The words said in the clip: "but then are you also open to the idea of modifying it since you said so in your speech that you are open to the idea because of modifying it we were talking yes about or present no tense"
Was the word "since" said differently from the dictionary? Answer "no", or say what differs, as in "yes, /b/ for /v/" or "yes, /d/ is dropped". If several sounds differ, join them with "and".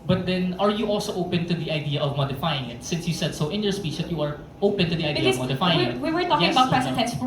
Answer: no